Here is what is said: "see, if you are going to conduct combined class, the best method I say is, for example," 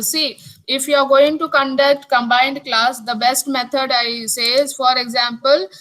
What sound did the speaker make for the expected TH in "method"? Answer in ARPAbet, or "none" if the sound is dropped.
T